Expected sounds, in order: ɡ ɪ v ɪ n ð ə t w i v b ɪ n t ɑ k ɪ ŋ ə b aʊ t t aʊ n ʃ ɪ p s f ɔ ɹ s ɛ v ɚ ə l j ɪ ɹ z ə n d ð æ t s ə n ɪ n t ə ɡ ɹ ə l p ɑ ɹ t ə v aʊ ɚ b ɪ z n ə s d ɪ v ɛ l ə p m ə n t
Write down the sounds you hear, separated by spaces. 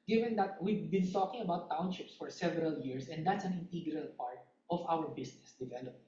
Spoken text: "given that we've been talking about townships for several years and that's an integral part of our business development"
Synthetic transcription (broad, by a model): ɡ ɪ v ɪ n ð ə t w i v b ɪ n t ɑ k ɪ ŋ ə b aʊ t t aʊ n ʃ ɪ p s f ɔ ɹ s ɛ v ɚ ə l j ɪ ɹ s ə n d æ t s ə n ɪ n t ə ɡ ɹ ə l p ɑ ɹ t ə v aʊ ɚ b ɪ s n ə s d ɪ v ɛ l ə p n